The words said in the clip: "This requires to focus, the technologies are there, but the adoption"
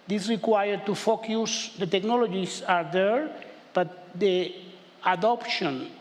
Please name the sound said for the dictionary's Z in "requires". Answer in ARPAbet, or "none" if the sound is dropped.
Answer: none